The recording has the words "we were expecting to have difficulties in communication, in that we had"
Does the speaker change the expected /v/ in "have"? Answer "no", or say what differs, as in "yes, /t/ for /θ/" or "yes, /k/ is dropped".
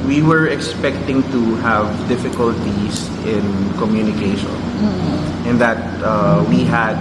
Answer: no